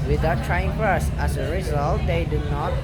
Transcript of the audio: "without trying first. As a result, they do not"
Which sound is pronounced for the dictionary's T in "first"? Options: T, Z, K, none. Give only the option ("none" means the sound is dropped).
none